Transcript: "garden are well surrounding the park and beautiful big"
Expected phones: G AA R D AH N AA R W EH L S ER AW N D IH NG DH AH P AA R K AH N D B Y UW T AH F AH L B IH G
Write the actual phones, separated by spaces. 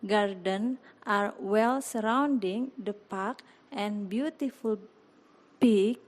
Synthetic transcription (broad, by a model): G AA R D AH N AA R W EH L S ER AW N D IH NG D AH P AA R K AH N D B Y UW T AH F AH L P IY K